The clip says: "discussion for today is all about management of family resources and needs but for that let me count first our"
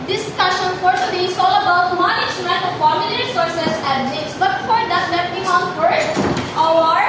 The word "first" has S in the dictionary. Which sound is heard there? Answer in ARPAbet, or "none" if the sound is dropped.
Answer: none